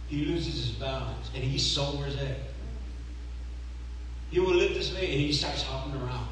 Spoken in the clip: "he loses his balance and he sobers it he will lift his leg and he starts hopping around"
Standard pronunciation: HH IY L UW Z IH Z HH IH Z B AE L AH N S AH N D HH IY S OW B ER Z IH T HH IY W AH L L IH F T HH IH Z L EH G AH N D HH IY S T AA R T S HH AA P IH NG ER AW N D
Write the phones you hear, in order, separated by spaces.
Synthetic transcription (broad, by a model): HH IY L UW Z IH Z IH Z B AE L AH N S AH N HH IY S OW ER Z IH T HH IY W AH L L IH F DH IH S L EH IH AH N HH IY S T AA R T S HH AA P IH NG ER AW N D